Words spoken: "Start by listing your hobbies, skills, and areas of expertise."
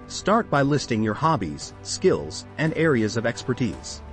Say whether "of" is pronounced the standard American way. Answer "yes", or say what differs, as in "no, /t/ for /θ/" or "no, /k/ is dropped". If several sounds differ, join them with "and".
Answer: yes